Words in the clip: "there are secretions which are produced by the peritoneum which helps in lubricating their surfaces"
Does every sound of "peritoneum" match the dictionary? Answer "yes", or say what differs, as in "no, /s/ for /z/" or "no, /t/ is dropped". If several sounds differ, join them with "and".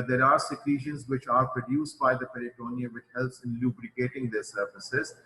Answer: no, /l/ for /ɹ/